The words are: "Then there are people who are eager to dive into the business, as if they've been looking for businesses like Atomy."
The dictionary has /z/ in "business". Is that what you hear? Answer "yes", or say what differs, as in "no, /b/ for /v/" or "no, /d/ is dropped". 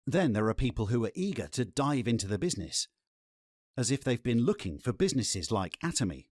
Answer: yes